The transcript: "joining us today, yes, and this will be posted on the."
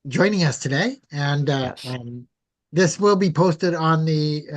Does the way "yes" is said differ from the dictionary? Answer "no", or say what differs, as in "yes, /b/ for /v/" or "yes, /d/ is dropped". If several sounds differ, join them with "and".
yes, /s/ is dropped